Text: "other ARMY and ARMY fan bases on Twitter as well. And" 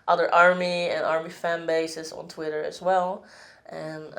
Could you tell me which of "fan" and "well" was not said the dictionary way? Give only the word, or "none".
none